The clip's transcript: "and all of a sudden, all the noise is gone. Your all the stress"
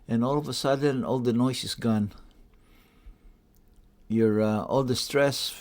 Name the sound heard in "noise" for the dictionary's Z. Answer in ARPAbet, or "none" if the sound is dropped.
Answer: S